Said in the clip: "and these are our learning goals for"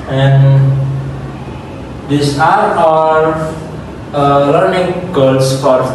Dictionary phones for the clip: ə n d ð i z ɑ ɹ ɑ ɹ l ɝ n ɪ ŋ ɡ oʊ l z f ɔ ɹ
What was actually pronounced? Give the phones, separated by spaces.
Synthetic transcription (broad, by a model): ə n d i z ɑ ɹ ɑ l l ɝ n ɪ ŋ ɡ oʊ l s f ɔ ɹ